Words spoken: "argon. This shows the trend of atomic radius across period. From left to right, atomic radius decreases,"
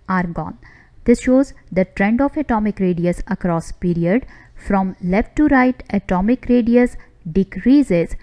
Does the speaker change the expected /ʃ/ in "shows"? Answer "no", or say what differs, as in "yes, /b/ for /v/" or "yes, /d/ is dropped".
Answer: no